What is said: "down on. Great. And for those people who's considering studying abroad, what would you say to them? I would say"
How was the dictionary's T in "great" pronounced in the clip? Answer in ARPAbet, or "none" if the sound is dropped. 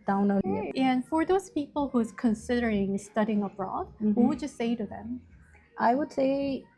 none